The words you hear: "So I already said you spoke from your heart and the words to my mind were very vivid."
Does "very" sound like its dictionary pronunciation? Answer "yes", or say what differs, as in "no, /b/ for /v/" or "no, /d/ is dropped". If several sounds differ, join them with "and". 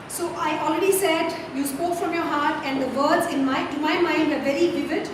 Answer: yes